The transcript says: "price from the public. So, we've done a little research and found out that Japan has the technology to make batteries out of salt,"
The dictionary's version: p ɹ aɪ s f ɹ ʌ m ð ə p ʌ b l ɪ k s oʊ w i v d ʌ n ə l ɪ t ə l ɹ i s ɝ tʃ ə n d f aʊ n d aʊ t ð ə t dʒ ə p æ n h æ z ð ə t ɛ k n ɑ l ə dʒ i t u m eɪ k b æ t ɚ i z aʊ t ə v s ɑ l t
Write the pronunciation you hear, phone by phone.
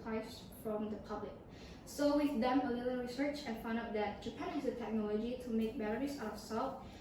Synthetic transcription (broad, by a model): aɪ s f ɹ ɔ m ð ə p ʌ b l ɪ k s oʊ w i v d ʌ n ə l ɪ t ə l ɹ i s ɝ tʃ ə n f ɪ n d aʊ t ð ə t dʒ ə p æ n h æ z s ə t ɛ k n ɑ l ə dʒ i t u m eɪ k b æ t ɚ i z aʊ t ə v s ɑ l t